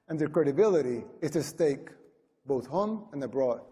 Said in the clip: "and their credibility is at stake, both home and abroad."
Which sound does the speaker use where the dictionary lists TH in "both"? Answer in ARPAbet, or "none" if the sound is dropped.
TH